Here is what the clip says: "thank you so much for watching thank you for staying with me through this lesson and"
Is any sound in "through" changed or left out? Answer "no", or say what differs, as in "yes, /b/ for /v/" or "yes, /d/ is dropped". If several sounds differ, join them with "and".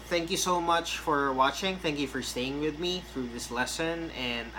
no